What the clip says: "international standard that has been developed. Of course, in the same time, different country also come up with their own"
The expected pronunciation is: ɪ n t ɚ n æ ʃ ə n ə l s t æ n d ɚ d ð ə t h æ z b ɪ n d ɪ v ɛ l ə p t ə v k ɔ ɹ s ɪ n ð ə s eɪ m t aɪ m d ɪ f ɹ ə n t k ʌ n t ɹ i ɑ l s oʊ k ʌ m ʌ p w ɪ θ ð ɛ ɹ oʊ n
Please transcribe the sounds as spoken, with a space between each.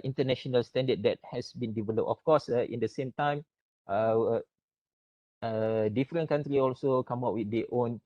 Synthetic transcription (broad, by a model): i n t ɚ n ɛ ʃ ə n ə l s t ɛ n d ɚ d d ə t h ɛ s b ɪ n d ɪ v ɛ l ə p t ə f k ɔ s ɪ n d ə s eɪ m t aɪ m d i f ɹ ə n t k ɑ n t ɹ i ɑ l s oʊ k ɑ m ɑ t w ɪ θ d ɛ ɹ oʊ n